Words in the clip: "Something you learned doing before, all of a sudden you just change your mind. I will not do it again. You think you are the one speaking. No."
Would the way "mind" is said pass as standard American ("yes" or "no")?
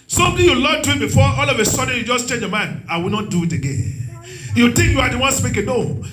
no